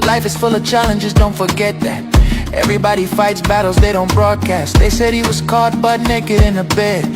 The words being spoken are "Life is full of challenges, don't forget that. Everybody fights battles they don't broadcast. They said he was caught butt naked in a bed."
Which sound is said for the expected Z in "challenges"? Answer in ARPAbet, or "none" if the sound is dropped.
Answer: Z